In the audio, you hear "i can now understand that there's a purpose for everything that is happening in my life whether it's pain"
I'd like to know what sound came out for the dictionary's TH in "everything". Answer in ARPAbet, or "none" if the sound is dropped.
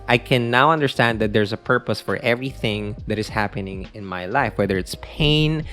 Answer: TH